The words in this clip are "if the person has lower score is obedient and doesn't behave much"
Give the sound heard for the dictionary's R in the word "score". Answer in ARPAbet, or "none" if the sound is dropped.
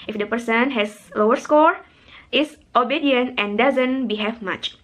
R